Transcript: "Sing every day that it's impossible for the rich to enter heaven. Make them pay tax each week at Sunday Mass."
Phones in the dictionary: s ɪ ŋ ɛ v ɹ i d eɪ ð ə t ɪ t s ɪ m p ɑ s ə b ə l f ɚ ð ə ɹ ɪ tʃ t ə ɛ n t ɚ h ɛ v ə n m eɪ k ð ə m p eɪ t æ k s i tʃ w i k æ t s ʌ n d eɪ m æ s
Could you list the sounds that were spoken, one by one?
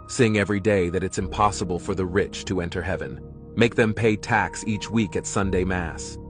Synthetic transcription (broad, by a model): s ɪ ŋ ɛ v ɹ i d eɪ ð ə t ɪ t s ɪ m p ɑ s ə b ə l f ɚ ð ə ɹ ɪ tʃ t ə ɛ n t ɚ h ɛ v ə n m eɪ k ð ə m p eɪ t æ k s i tʃ w i k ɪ t s ʌ n d eɪ m æ s